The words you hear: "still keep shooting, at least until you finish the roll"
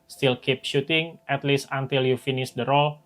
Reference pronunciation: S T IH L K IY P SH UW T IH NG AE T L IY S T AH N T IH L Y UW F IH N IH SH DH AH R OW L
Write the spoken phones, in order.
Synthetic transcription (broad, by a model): S T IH L K IY P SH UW T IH NG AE T L IY S T AH N T IH L Y UW F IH N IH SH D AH R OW L